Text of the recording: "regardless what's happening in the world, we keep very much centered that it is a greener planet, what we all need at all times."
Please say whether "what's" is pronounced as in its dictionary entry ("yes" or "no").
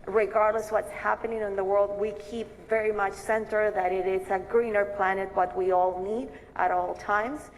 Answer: yes